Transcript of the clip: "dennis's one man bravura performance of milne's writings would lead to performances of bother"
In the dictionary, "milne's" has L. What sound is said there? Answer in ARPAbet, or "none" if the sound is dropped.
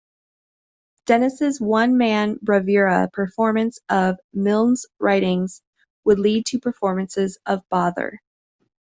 L